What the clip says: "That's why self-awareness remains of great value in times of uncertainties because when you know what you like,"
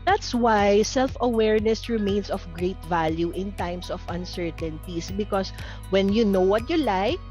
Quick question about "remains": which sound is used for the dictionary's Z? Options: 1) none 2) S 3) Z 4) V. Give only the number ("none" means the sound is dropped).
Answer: 2